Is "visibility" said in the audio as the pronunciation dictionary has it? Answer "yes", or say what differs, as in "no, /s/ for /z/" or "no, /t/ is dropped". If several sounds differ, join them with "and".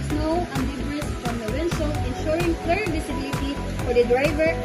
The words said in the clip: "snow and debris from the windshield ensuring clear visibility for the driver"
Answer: no, /s/ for /z/